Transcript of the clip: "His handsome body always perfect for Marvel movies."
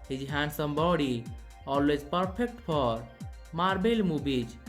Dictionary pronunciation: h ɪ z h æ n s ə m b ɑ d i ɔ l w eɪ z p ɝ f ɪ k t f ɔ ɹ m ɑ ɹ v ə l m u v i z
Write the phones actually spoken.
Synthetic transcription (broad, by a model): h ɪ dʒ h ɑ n s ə m b ɑ d i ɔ l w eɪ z p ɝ p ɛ k t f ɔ ɹ m ɑ ɹ b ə l m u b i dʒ